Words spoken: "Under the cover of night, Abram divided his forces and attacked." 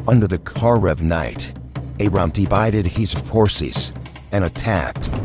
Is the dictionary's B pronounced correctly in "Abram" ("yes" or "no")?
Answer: no